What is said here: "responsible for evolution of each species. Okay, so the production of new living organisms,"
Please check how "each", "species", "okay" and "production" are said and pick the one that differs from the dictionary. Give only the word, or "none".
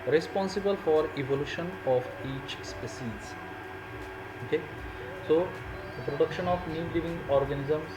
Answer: species